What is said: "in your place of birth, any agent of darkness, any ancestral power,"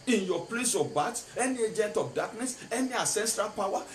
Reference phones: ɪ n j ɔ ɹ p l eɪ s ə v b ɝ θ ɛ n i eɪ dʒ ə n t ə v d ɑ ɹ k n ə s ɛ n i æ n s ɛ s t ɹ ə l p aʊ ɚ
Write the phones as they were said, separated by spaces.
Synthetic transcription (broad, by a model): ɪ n j ɔ p l eɪ s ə b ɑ t ɛ n i eɪ dʒ ə n t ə f d ɑ k n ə s ɛ n i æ s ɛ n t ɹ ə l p aʊ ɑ